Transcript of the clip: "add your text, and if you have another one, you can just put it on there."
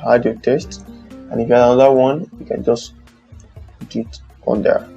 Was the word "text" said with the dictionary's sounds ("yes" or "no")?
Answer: no